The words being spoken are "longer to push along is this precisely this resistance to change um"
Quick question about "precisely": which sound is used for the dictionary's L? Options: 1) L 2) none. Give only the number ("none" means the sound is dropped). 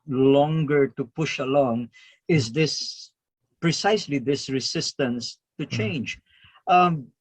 1